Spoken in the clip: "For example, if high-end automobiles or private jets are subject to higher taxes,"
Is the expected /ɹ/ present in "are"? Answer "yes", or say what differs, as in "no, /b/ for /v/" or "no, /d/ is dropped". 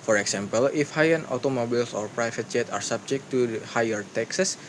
yes